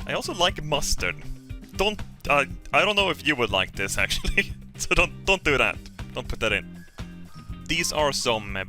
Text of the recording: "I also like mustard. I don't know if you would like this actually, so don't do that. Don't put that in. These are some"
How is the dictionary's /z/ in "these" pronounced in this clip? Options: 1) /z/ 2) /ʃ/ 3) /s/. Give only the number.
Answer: 1